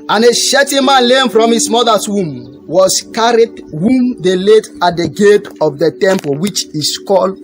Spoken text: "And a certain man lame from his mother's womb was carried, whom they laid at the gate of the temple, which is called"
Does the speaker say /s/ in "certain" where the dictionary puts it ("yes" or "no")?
no